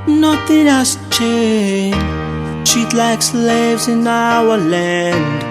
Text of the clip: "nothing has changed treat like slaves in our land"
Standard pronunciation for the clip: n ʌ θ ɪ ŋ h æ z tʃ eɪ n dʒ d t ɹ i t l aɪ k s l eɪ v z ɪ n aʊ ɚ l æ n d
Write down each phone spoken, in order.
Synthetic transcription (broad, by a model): n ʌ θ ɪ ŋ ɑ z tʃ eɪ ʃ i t l aɪ k s l eɪ v z ɪ n aʊ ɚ l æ n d